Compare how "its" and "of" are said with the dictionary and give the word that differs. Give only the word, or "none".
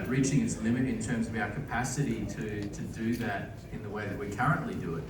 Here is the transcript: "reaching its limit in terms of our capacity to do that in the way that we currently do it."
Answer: none